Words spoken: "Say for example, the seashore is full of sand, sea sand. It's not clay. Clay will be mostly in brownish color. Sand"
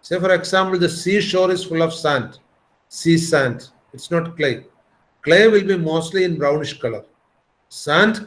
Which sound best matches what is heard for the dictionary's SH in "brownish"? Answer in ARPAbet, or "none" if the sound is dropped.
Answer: SH